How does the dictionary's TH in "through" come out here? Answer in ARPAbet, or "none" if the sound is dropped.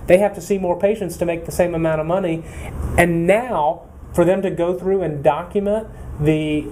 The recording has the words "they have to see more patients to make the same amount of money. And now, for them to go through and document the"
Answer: TH